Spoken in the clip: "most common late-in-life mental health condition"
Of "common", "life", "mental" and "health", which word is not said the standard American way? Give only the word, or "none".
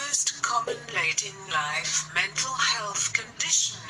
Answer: none